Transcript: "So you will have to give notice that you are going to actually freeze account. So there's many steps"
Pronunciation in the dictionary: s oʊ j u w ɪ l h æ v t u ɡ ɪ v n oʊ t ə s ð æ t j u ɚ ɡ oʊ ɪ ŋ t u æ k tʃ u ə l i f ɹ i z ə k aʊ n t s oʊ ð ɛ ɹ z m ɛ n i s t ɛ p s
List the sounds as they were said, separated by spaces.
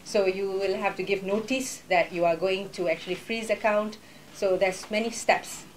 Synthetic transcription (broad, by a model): s oʊ j u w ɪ l h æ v t u ɡ ɪ v n oʊ t ə s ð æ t j u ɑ ɡ oʊ ɪ ŋ t u æ k tʃ u ə l i f ɹ i z ə k aʊ n t s oʊ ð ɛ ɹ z m ɛ n i s t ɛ p s